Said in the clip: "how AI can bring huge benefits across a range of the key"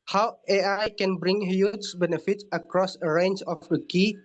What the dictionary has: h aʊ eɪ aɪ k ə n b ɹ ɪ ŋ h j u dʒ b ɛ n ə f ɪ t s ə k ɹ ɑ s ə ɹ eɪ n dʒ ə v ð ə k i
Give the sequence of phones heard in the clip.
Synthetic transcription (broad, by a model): h aʊ eɪ aɪ k ə n b ɹ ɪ ŋ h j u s b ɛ n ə f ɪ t ə k ɹ ɑ s ə ɹ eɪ n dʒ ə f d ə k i